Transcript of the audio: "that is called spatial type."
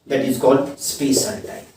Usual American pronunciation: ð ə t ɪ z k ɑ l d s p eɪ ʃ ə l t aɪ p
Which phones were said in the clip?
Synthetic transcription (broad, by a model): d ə t ɪ z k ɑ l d s p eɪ s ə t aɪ